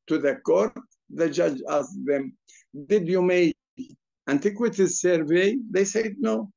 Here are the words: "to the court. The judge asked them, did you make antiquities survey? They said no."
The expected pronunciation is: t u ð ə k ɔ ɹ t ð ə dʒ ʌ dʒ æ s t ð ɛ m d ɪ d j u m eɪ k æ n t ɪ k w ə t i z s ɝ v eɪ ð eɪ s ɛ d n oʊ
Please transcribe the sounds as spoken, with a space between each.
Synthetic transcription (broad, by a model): t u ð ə k ɔ ɹ t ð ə dʒ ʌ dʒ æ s ð ɛ m d ɪ d j u m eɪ æ n t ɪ k w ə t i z s ɝ v eɪ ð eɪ s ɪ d n oʊ